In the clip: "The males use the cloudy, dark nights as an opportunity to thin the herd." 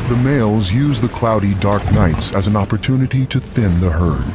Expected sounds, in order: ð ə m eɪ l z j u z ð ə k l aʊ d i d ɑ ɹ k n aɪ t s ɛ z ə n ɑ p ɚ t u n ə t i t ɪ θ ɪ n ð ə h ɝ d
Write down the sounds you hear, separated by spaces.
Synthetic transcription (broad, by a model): ð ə m eɪ l z j u z ð ə k l aʊ d i d ɑ ɹ k n aɪ t s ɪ z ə n ɑ p ɚ t u n ə t i t ɪ θ ɪ n ð ə h ɝ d